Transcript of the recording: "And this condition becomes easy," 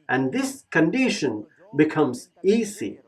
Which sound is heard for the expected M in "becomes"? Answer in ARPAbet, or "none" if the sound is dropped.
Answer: M